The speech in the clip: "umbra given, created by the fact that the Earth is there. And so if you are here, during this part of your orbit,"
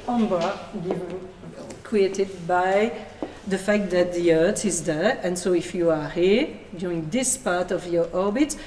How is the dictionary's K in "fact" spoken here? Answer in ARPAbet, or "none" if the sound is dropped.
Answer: K